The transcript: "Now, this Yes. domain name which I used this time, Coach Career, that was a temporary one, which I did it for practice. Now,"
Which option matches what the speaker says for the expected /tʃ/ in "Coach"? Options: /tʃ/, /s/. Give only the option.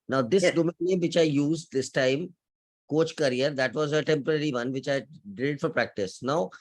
/tʃ/